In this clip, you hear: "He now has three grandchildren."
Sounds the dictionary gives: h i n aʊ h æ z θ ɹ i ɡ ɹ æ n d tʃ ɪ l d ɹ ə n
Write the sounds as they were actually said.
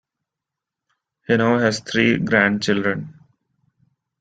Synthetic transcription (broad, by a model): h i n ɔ h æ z t ɹ i ɡ ɹ æ n d tʃ ɪ l d ɹ ə n